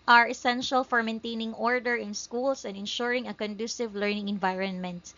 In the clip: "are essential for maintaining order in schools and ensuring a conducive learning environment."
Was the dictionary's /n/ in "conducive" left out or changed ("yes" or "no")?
no